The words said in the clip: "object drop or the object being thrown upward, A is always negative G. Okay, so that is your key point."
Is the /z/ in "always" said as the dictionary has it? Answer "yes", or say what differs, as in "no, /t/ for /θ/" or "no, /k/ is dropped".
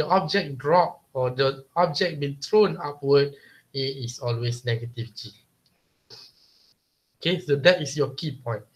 no, /s/ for /z/